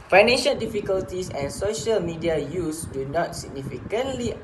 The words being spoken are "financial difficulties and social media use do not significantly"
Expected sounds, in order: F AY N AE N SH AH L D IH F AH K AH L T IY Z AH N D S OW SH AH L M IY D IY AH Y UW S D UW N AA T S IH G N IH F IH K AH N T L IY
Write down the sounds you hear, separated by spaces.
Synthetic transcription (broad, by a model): F AY N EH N SH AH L D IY F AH K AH L T IY S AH N S OW SH AH L M IY D IY AH Y UW S D UW N AA T S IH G N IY F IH K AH N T L IY